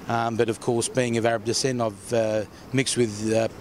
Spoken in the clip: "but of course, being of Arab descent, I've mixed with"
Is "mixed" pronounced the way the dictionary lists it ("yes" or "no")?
yes